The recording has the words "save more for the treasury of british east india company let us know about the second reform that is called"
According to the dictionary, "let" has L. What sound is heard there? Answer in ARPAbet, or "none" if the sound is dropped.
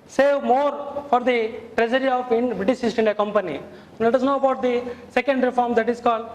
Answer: N